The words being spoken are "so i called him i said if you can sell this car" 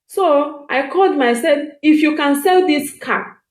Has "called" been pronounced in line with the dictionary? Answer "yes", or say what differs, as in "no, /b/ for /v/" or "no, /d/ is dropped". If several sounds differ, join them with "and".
yes